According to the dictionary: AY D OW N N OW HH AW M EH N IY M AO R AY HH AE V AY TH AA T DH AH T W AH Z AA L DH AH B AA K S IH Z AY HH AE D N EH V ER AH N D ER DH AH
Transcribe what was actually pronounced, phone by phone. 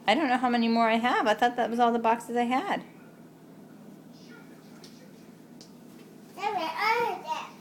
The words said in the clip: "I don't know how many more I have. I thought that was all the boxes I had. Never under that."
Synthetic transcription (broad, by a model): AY D OW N N OW HH AW M EH N IY M AO R AY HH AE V AY T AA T DH AH T W AH Z AA L DH AH B AA K S IH Z AY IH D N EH ER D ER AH